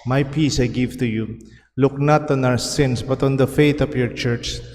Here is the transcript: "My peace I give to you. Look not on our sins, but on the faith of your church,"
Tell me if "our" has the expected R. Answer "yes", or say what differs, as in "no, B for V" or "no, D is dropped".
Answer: no, W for R